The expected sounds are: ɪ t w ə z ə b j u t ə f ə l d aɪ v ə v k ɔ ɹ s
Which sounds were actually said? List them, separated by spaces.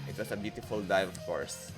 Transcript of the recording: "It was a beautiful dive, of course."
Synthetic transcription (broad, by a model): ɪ t w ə s ə b j u t ə f ə l d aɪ ə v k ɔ ɹ s